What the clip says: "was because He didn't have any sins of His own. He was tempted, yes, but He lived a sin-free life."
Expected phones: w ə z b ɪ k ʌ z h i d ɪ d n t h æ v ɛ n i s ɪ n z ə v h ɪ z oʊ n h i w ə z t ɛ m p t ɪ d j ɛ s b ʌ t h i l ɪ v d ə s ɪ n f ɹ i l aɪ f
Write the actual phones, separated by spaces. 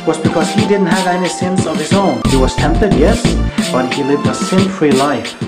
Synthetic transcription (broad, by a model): w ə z b ɪ k ʌ z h i d ɪ d n t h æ v ɛ n i s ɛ n s ə v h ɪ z oʊ n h i w ə z t ɛ m p t ɪ d j ɛ s b ʌ t h i l ɪ v d ə s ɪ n f ɹ i l aɪ f